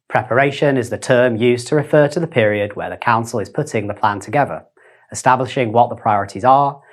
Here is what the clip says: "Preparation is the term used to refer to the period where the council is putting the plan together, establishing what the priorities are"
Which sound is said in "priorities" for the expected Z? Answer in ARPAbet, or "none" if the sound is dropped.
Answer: Z